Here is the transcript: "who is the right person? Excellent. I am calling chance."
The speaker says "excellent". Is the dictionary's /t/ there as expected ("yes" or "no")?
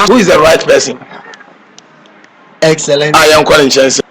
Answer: no